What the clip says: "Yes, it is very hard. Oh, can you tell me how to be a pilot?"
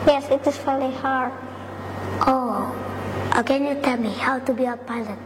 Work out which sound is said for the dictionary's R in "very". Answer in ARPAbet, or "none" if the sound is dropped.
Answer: L